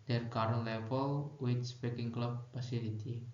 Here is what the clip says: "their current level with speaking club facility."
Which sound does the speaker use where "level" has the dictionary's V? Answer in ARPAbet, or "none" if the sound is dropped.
F